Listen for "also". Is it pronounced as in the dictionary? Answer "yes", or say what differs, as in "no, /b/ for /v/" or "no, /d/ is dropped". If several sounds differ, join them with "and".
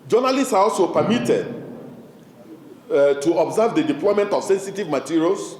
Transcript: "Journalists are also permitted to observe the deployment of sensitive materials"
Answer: yes